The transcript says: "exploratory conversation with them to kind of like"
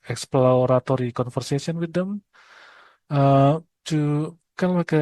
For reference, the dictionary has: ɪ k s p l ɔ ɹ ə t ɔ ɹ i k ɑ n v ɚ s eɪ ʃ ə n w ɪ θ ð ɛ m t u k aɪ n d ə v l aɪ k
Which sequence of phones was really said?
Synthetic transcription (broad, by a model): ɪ k s p l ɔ ɹ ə t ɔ ɹ i k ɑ n f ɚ s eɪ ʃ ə n w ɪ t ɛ m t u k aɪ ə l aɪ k